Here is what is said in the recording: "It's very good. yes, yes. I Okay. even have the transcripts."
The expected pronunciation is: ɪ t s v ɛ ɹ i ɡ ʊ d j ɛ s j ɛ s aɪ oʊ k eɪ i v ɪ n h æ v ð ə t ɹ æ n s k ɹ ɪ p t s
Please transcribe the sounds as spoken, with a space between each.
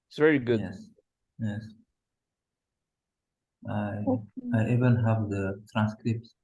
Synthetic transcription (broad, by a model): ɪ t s v ɛ ɹ i ɡ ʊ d j ɛ s j ɛ s aɪ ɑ ɪ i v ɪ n h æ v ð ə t ɹ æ n s k ɹ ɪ p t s